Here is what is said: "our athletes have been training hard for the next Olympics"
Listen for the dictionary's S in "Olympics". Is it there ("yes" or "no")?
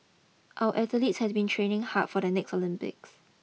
yes